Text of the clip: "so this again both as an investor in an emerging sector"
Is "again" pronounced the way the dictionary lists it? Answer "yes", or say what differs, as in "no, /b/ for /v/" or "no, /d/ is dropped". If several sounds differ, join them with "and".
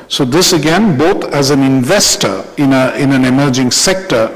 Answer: yes